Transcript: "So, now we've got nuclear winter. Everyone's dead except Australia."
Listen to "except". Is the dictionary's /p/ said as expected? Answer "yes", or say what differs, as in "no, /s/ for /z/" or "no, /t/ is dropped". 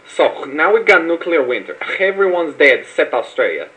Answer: no, /p/ is dropped